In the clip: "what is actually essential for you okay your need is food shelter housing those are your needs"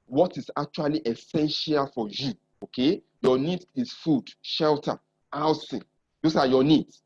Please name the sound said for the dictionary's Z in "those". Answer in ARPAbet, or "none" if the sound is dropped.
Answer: S